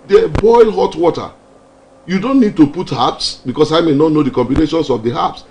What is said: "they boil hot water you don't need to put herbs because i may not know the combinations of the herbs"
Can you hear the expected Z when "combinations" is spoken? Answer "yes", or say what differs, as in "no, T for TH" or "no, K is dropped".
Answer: no, S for Z